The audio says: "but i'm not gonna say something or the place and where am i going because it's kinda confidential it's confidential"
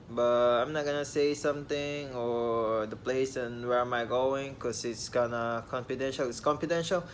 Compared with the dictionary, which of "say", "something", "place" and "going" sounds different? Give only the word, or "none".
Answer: something